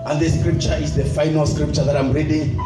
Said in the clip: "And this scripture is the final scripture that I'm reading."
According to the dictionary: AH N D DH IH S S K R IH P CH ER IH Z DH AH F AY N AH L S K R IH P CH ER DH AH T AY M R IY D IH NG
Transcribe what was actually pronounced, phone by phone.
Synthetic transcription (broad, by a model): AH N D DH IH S S K R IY P CH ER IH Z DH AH F AY N AH L S K R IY P CH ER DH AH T AY M R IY D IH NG